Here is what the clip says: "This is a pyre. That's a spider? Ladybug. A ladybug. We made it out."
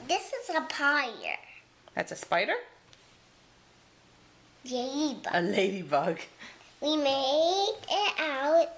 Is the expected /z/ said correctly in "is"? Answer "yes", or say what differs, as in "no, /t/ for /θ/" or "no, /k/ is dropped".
yes